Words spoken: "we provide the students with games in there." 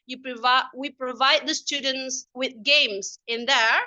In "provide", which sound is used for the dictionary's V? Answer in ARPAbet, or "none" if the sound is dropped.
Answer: V